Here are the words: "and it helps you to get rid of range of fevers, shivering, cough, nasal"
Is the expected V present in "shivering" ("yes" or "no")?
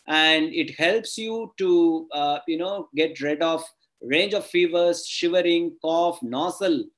yes